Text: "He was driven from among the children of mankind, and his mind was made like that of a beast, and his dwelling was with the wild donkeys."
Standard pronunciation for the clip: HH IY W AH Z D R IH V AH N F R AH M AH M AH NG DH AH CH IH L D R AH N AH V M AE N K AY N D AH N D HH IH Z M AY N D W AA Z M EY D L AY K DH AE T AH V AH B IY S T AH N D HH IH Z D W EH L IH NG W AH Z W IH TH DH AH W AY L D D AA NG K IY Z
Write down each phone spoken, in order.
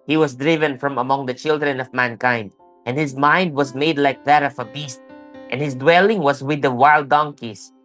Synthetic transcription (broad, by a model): HH IY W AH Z D R IH V AH N F R AH M AH M AH NG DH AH CH IH L D R AH N AH V M AE N K AY N D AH N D HH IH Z M AY N D W AA Z M EY D L AY K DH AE T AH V AH B IY S T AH N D HH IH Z D W EH L IH NG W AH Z W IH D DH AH W AY L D D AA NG K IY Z